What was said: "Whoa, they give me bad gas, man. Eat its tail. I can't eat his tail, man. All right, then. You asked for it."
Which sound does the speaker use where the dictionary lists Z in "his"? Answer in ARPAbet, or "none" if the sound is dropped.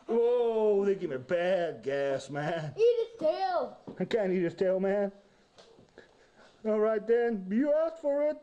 S